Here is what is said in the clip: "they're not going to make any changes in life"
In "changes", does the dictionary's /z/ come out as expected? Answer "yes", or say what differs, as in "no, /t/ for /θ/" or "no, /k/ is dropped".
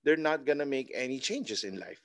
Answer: no, /s/ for /z/